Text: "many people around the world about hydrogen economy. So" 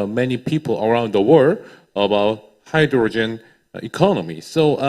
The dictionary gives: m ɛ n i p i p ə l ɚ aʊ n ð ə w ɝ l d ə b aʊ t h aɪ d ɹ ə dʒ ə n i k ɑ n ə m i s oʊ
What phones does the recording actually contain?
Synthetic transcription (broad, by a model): m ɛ n i p i p ə l ɚ aʊ n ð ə w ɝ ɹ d ə b aʊ t h aɪ d ɹ ə dʒ ə n i k ɑ n ə m i s oʊ